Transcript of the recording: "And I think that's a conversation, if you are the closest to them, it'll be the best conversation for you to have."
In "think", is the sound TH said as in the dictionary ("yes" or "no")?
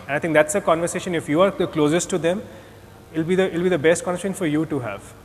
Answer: no